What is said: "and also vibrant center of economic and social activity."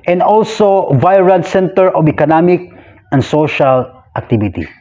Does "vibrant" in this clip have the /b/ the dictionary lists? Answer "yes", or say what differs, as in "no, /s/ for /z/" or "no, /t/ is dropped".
no, /b/ is dropped